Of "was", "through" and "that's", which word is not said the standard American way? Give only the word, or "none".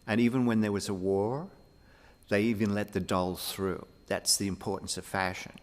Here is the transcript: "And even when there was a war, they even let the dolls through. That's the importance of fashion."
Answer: none